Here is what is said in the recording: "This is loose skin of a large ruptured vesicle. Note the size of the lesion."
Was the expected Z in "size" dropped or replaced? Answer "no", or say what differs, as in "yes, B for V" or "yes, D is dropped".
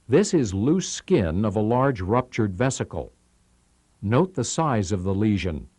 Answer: no